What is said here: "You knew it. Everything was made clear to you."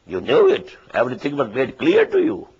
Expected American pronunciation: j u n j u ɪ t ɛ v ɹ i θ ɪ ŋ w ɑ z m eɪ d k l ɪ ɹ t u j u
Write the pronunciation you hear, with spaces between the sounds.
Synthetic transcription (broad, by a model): j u n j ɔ ɪ t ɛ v ɹ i t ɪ ŋ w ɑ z m eɪ d k l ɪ ɹ t u j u